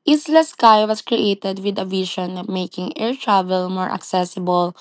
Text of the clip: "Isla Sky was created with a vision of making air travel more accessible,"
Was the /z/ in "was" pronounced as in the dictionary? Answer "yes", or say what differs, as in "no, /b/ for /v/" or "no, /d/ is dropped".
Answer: no, /s/ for /z/